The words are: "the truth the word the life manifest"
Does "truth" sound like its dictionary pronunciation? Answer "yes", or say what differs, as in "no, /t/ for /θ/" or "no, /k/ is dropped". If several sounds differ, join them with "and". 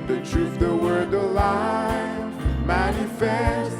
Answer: no, /f/ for /θ/